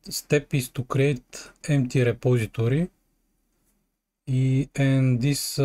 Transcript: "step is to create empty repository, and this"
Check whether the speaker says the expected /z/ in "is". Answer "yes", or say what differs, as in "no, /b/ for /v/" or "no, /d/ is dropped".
no, /s/ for /z/